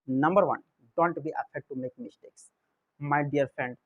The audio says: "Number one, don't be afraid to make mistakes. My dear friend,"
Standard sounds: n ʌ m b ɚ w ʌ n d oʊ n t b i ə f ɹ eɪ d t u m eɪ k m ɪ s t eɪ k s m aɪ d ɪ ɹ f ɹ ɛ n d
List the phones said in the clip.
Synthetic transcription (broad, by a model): n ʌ m b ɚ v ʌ n d oʊ n t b i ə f eɪ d t u m eɪ k m ɪ s t eɪ k s m aɪ d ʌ ɹ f ɹ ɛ n d